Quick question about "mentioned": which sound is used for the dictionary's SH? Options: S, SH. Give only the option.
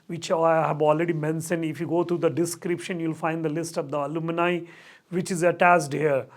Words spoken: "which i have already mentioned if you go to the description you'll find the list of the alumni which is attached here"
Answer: S